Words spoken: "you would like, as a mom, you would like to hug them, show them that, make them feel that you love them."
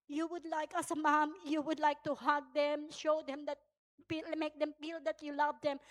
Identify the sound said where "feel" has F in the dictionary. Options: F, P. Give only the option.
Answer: P